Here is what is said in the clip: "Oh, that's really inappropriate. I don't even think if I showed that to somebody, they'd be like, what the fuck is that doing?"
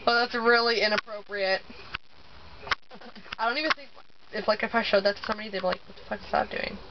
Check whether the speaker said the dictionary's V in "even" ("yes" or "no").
yes